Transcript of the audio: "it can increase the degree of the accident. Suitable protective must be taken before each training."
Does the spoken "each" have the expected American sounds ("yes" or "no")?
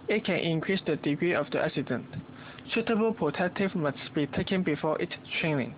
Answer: no